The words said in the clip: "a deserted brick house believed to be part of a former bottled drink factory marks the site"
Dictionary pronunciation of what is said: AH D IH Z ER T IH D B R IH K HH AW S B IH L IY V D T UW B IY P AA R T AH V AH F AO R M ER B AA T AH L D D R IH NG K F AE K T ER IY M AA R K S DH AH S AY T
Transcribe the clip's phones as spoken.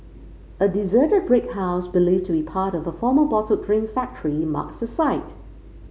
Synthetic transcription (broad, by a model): AH D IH Z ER T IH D B R IH K HH AW S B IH L IY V T UW B IY P AA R T AH V AH F AO M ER B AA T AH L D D R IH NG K F AE K T ER IY M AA K S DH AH S AY T